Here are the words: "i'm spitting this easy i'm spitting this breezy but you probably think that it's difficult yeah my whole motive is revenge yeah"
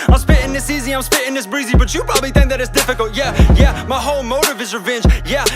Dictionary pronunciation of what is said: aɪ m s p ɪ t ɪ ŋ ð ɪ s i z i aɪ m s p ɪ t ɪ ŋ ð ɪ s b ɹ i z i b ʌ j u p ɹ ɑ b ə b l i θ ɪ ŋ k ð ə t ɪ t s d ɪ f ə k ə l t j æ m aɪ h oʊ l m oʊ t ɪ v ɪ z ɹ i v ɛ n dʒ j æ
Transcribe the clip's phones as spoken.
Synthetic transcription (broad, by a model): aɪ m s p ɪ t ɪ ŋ ð ɪ s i z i aɪ m s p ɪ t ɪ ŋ ð ɪ s b ɹ i z i b ʌ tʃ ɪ p ɹ ɑ b ə b l i θ ɪ ŋ k ð ə t ɪ t s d ɪ f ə k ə l t j æ m aɪ h oʊ l m oʊ t ɪ v ɪ z ɹ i v ɛ n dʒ j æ